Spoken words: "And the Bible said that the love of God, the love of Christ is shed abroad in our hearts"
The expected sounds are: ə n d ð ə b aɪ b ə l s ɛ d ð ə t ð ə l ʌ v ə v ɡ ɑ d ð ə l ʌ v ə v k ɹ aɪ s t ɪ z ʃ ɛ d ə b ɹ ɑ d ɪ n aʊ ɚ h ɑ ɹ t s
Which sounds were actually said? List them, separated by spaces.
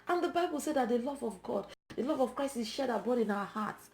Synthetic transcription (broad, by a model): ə n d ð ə b aɪ b ə l s ɛ d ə t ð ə l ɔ v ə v ɡ ɑ d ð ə l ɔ v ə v k ɹ aɪ s t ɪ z ʃ ɛ d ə b ɑ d ɪ n aʊ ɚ h ɑ t s